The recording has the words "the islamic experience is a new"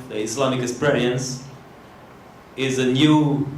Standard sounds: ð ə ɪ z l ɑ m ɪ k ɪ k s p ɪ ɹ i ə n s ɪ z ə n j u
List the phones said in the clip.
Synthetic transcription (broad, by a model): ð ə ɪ s l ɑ m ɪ k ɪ s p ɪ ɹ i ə n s ɪ z ə n j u